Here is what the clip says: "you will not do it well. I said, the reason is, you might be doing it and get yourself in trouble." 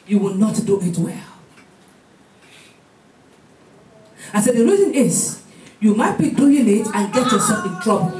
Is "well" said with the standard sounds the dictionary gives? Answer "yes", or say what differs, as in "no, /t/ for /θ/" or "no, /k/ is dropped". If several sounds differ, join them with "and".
yes